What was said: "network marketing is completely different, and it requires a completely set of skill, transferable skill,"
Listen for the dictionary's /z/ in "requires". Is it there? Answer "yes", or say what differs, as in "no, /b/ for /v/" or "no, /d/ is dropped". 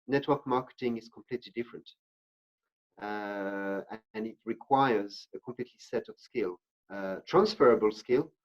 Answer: yes